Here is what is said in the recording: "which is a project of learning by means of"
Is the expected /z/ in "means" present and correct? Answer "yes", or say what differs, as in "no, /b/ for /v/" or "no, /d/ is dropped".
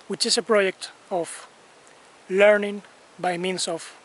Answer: no, /s/ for /z/